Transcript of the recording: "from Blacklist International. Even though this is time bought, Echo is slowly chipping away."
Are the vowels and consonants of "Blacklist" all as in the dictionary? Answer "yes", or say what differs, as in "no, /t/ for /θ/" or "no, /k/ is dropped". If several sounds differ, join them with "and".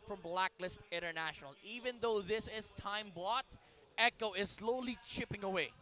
yes